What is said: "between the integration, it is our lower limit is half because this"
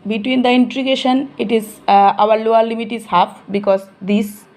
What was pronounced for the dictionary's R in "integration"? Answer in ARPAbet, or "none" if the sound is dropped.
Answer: none